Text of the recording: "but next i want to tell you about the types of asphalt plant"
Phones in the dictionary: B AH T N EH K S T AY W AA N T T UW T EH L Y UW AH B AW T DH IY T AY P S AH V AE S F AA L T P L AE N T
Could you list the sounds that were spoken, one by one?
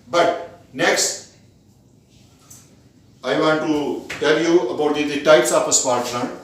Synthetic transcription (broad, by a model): B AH T N EH K S T AY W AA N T T UW T EH L Y UW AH B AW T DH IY T AY P S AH F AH S P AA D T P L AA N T